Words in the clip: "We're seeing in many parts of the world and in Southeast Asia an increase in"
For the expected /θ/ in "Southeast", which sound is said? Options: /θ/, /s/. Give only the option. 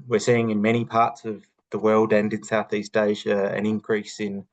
/θ/